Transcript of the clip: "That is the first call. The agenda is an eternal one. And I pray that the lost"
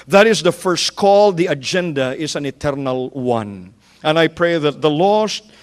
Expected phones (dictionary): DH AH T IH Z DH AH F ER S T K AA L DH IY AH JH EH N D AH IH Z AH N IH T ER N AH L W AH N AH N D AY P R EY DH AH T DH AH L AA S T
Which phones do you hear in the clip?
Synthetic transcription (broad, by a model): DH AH T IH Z DH AH F ER S T K AA L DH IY AH JH EH N D AH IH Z AH N IH T ER N AH L W AH N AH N AY P R EY DH AH T DH AH L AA S T